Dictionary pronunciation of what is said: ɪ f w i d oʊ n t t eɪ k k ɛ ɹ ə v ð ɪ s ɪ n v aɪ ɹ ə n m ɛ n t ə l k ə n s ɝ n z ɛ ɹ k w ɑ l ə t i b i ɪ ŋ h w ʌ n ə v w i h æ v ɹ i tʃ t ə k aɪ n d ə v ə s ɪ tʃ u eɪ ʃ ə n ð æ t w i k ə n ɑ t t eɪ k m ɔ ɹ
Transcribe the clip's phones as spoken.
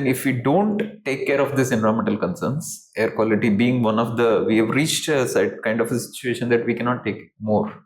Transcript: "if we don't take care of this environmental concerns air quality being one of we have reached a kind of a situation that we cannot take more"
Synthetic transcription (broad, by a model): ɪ f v i d oʊ n t t eɪ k k ɛ ɹ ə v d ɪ s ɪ n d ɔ ə m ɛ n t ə l k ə n s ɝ n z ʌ ɹ k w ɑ l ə t i b i ɪ ŋ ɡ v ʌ n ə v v i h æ v ɹ i tʃ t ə k aɪ n d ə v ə s ɪ tʃ u eɪ ʃ ə n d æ t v i k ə n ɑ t t eɪ k m ɔ ɹ